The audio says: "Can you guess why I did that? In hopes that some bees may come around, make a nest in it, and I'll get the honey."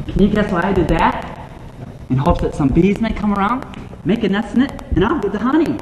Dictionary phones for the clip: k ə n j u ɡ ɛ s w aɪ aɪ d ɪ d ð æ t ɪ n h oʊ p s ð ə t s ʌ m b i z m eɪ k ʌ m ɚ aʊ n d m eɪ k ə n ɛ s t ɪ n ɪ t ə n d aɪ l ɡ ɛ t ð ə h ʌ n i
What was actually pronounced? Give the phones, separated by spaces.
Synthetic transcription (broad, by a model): k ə n j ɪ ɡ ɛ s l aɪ aɪ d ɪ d ð æ t ɪ n h oʊ p s ð ə t s ʌ m b i z m eɪ k ʌ m ɚ aʊ n d m eɪ k ə n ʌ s ɪ n ɪ t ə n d aɪ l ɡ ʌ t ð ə h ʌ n i